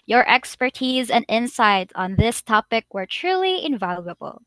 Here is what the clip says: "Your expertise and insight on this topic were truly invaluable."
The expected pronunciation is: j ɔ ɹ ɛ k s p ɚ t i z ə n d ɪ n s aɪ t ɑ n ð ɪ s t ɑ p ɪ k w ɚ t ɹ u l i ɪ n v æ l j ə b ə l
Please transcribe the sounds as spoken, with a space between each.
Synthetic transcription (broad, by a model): j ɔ ɹ ɛ k s p ɚ t i z ə n d ɪ n s aɪ t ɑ n ð ɪ s t ɑ p ɪ k w ɚ t ɹ u l i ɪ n v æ l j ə b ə l